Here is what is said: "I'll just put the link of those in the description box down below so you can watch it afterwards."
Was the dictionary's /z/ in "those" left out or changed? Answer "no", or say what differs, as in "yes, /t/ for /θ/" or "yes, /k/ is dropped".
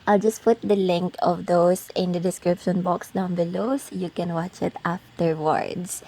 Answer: yes, /s/ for /z/